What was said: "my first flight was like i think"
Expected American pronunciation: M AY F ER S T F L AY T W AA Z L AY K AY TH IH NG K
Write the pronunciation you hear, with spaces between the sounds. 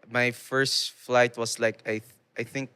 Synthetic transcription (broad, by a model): M AY F ER S T F L AY T W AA S L AY K AY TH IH NG K